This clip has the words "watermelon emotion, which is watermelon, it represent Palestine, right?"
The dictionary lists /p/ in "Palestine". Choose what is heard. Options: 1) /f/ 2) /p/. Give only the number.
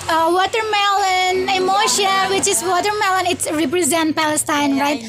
2